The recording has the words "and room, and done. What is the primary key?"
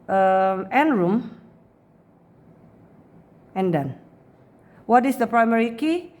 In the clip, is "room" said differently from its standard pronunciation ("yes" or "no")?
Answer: no